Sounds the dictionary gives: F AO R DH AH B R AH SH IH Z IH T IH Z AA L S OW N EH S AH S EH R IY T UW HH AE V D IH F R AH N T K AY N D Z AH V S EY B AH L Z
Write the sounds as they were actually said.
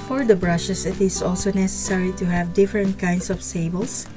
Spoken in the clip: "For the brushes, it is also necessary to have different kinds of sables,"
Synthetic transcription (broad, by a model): F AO R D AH B R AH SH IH S IH T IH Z AA L S OW N EH S AH S EH R IY T UW HH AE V D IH F R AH N T K AY N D S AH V S EY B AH L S